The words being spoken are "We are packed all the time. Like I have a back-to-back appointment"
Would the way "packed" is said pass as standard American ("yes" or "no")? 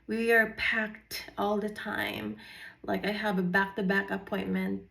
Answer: yes